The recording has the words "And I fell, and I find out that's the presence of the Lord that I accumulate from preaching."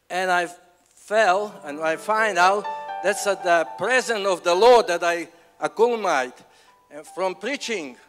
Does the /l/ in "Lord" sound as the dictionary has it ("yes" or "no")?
yes